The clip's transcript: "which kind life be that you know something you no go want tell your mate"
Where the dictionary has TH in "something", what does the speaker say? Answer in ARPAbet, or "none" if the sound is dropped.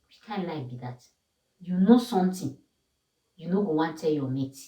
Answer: T